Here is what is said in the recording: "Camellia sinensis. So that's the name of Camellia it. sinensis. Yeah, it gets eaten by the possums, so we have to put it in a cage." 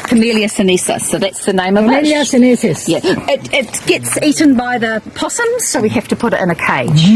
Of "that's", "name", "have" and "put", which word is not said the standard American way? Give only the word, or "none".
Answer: have